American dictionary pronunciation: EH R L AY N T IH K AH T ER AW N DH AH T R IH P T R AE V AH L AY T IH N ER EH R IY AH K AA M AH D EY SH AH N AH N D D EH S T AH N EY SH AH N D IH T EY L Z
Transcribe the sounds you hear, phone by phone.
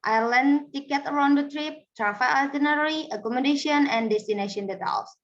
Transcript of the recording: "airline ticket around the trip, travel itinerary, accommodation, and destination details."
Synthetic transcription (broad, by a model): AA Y L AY N T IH K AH T ER AW N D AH T R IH P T R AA F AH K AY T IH N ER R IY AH K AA M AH D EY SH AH N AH N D D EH S T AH N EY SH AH N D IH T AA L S